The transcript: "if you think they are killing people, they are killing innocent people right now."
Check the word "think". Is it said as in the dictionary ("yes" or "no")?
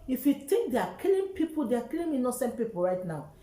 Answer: no